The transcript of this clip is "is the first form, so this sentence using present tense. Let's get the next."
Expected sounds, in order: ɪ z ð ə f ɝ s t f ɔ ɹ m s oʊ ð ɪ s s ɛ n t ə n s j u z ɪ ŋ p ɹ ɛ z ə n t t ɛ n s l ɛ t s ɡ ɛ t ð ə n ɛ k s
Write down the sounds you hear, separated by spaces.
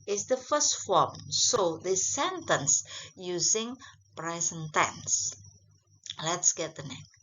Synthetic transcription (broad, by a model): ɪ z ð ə f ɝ s t f ɔ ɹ m s oʊ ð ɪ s s ɛ n t ə n s j u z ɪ ŋ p ɹ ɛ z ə n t t ɛ n s l ɛ t s ɡ ɛ t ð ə n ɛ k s